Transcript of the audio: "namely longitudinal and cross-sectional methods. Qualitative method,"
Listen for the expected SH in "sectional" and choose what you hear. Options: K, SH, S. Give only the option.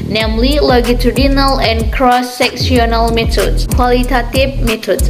S